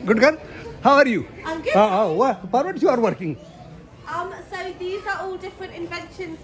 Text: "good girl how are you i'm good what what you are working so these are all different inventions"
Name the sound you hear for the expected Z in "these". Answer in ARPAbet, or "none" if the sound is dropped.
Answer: Z